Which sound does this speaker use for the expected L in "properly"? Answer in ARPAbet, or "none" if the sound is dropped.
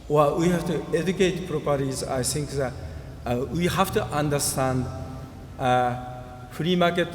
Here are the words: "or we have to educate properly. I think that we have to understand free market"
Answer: none